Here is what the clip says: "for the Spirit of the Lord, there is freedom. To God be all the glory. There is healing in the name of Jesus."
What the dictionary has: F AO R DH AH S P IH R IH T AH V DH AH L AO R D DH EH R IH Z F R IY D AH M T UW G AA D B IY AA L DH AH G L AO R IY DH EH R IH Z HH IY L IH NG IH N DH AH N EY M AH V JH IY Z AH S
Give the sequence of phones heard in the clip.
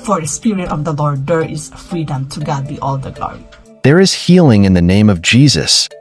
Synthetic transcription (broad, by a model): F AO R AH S P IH R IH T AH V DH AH L AO R D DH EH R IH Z F R IY D AH M T UW G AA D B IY AA L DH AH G AO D DH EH R IH Z HH IY L IH NG IH N DH AH N EY M AH V JH IY Z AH S